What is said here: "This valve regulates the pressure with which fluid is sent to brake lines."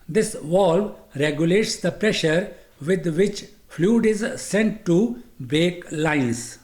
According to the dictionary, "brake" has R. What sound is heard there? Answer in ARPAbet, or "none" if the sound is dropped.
none